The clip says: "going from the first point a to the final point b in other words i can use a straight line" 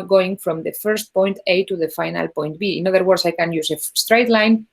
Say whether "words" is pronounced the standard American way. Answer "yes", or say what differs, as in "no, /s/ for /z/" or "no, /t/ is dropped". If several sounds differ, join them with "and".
no, /s/ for /z/